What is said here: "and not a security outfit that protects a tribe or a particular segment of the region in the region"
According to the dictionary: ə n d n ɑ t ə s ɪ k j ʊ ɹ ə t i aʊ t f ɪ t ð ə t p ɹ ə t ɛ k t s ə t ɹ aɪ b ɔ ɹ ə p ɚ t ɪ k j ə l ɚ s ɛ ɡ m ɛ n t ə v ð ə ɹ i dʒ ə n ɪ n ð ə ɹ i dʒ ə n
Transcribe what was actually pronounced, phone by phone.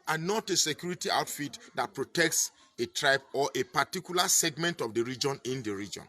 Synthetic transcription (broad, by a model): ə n n ɑ t ə s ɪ k j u ɹ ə t i aʊ t f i t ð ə t p ɹ ə t ɛ k t s ə t ɹ aɪ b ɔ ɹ ə p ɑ t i k j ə l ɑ s ɛ ɡ m ɛ n t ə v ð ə ɹ i dʒ ə n ɪ n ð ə ɹ i dʒ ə n